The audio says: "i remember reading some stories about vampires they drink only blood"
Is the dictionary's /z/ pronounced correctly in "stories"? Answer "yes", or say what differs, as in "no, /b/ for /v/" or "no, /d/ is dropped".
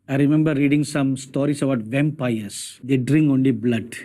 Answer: no, /s/ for /z/